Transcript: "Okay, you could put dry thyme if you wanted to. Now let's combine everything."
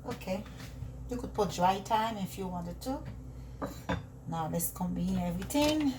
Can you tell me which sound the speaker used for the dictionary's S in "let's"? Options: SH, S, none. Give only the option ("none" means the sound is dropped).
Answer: S